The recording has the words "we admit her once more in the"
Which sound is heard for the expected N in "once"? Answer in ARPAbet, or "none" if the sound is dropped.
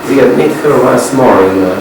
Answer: none